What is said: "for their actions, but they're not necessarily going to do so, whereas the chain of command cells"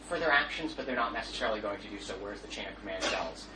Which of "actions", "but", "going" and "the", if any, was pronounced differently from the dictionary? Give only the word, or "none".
none